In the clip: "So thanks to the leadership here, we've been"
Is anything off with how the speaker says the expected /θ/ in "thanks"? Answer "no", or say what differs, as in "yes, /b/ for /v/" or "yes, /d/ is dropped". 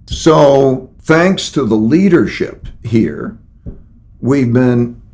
no